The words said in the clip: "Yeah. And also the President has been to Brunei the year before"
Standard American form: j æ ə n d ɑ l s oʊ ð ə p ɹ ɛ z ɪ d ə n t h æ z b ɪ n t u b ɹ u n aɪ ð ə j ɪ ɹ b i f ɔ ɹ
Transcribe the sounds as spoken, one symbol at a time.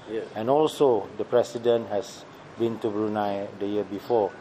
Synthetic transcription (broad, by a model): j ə n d ɑ l s oʊ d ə p ɹ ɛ s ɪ d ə n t h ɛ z b ɪ n t u b ɹ u n aɪ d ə j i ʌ b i f ɔ